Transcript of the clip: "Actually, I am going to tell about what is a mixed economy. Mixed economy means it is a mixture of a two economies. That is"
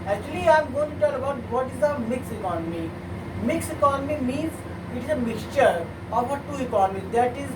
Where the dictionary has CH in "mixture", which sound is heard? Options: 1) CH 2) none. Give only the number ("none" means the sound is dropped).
1